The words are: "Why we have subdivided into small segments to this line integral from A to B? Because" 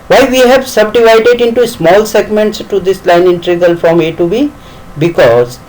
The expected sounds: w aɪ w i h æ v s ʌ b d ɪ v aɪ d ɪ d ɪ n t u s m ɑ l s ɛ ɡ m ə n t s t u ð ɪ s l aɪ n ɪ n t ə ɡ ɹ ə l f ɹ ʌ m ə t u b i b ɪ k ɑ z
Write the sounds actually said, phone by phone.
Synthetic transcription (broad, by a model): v aɪ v i h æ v s ʌ b d ɪ v aɪ d ɪ d ɪ n t u s m ɑ l s ɛ ɡ m ə n t s t u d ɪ s l aɪ n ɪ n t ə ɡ ə l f ɹ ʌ m ə t u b i b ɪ k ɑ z